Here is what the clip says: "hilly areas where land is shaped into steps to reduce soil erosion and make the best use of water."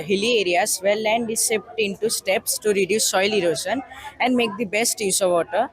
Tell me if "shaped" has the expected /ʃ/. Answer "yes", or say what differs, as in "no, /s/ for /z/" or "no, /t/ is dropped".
no, /s/ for /ʃ/